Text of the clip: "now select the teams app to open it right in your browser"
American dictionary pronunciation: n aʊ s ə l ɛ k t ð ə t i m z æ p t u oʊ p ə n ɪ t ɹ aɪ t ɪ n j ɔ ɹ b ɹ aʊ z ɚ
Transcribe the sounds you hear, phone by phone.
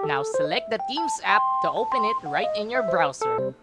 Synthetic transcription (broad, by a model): n aʊ s ə l ɛ k t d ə t i m s æ p t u oʊ p ə n ɪ t ɹ aɪ t ɪ n j ɔ ɹ b ɹ aʊ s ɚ